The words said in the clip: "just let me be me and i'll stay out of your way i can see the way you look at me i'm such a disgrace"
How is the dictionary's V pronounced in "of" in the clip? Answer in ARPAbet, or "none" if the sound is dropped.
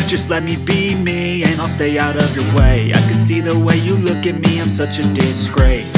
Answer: V